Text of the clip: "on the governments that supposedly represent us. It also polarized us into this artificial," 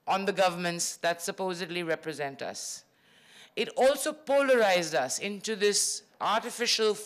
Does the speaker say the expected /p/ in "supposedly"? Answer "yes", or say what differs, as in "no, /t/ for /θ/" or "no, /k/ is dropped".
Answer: yes